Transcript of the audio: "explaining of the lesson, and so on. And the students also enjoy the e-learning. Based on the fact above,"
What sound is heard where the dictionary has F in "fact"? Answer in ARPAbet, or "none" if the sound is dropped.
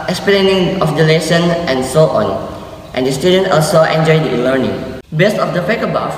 P